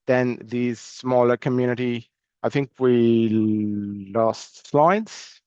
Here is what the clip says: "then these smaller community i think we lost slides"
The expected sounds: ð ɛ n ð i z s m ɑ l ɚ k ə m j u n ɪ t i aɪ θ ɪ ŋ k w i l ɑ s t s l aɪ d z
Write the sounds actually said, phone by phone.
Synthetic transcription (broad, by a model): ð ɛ n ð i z s m ɑ l ɚ k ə m j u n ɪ t i aɪ θ ɪ ŋ k w i l ɑ s t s l aɪ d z